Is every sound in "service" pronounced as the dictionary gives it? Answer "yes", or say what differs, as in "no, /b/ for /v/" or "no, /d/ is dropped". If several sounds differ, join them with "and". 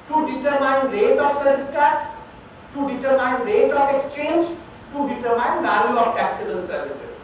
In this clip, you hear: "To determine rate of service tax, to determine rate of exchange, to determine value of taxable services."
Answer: no, /v/ is dropped